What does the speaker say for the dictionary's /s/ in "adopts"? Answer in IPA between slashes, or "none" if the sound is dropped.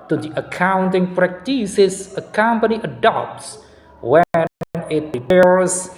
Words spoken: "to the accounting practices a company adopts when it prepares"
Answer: /s/